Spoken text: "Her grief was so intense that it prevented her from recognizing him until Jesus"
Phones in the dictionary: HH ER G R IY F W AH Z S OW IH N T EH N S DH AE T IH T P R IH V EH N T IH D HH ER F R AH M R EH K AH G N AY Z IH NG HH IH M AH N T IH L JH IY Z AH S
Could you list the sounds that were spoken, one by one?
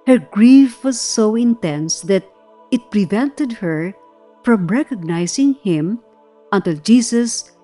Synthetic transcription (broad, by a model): HH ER G R IY F W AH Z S OW IH N T EH N S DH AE T IH T P R IH V EH N T IH D HH ER F R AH M R EH K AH G N AY S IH NG HH IH M AH N T IH L JH IY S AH S